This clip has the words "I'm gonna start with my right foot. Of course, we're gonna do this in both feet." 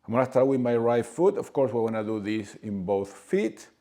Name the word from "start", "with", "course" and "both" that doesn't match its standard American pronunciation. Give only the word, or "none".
none